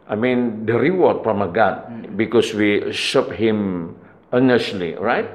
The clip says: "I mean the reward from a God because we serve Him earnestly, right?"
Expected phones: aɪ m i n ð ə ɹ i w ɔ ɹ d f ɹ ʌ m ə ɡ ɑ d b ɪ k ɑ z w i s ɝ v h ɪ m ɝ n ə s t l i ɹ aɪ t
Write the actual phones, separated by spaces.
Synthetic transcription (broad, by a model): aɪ m i n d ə ɹ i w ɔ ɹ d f ɹ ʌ m ə ɡ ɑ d b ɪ k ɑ s w i ʃ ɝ p h ɪ m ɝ n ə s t l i ɹ aɪ t